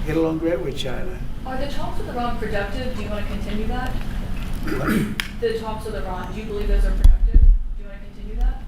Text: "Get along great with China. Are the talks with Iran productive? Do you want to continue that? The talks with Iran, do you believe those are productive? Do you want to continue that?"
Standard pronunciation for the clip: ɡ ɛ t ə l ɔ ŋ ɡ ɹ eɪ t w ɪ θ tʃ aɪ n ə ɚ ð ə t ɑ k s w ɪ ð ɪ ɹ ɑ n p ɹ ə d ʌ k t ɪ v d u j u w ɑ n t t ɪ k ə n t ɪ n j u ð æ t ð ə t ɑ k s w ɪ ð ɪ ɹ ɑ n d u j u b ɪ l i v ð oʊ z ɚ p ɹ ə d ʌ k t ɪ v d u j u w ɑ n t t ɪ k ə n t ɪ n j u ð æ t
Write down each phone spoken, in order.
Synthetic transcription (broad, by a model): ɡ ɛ t ə l ɔ ŋ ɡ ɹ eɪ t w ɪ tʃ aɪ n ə ɚ ð ə t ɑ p s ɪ ð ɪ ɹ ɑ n p ɹ ə d ʌ k t ɪ v d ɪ j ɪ w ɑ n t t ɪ k ə n t ɪ n j u ð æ t ð ə t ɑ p s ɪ ð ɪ ɹ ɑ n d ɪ j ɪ b ɪ l i v ð oʊ z ɚ p ɹ ə d ʌ k t ɪ v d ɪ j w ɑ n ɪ k ə n t ɪ n j u ð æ t